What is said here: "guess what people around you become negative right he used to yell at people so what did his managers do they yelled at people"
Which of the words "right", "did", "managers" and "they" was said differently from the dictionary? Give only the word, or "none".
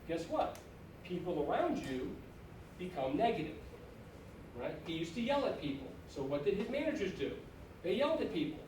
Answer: none